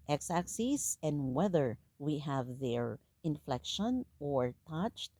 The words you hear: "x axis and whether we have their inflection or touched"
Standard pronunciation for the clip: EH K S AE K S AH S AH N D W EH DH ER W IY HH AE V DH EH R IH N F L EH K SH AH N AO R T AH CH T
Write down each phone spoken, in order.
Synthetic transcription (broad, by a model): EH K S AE K S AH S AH N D W EH DH ER W IY HH AE V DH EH R IH N F L EH K SH AH N AO R T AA CH T